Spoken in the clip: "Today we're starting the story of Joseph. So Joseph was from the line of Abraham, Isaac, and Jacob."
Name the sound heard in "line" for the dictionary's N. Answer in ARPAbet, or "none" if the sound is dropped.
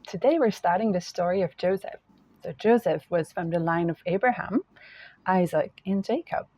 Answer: N